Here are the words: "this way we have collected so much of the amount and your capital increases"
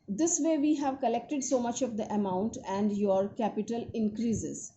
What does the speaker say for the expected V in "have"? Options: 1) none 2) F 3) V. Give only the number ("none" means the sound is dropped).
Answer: 3